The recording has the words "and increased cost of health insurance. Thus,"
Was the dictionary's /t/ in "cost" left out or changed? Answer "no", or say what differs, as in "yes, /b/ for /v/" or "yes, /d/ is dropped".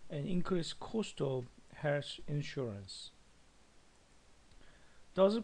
no